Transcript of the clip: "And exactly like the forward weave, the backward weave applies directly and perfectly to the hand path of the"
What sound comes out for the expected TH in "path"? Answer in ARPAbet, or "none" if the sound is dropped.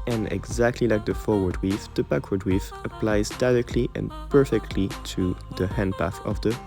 TH